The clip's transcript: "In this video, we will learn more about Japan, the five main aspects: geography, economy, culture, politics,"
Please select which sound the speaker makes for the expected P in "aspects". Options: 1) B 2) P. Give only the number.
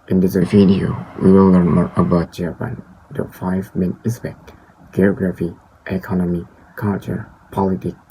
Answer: 1